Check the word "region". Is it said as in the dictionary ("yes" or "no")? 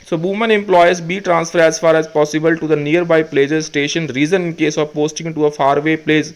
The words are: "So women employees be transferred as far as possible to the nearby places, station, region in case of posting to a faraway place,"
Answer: no